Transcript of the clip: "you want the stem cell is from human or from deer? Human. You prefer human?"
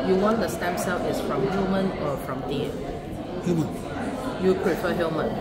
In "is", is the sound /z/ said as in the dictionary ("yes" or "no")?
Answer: no